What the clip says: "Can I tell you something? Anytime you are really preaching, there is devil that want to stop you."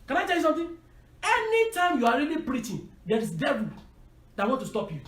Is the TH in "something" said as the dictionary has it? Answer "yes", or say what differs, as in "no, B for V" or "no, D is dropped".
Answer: no, T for TH